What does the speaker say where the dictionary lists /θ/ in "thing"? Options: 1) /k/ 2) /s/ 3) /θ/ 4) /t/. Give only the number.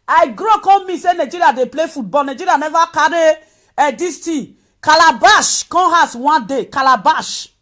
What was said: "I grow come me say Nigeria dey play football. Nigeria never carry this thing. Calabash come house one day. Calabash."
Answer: 4